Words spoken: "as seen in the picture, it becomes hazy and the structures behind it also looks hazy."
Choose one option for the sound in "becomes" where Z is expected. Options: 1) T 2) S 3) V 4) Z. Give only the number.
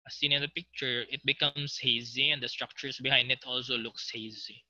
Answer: 2